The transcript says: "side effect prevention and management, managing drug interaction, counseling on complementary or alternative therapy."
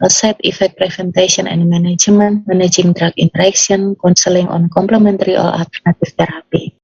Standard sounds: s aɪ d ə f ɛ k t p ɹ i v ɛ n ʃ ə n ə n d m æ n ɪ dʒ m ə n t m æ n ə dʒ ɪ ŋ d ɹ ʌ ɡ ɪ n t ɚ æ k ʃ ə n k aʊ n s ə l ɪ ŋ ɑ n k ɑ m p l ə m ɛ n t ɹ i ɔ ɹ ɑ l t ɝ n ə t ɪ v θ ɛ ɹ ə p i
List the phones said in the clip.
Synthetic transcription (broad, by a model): s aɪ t ə f ɛ k t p ɹ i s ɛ n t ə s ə n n m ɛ n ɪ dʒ m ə n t m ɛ n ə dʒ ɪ ŋ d ɹ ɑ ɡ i n t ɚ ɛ k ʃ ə n k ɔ n s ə l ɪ ŋ ɑ n k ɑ m p l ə m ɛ n t ɹ i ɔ l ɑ l t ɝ n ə t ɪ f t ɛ ɹ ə p i